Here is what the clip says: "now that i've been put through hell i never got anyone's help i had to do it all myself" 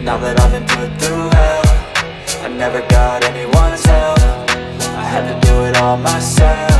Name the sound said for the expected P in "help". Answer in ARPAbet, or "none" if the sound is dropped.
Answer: F